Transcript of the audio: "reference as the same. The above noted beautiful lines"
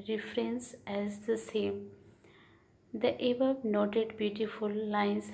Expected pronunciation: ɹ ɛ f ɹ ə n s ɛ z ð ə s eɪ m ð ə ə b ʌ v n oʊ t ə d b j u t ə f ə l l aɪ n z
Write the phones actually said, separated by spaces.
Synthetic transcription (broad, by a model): ɹ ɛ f ɹ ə n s ɛ z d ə s eɪ m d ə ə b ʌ b n oʊ t ə d b j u t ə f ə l l aɪ n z